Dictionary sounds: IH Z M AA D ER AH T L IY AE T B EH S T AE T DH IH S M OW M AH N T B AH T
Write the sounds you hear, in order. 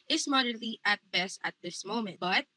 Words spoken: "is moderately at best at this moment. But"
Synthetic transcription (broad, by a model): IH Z M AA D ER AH T IY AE T B EH S T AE T DH IH S M OW M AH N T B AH T